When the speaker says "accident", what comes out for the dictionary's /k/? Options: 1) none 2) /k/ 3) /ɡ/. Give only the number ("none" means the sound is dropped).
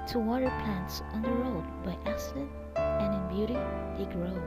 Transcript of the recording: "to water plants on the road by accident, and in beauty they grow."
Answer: 1